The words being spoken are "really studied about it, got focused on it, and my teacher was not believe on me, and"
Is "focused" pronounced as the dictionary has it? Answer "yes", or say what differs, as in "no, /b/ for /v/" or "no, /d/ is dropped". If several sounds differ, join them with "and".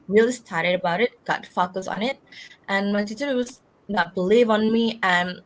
no, /t/ is dropped